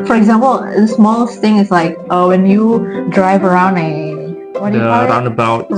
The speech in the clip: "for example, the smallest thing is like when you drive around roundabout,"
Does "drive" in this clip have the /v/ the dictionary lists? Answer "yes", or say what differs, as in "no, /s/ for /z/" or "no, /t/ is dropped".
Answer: yes